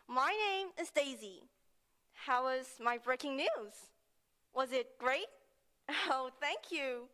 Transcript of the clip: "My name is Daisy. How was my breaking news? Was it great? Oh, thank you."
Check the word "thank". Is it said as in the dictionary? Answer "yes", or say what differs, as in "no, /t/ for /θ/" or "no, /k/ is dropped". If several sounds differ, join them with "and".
yes